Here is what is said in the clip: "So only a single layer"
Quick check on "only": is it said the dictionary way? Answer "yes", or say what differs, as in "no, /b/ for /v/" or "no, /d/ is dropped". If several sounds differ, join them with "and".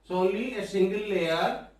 no, /n/ is dropped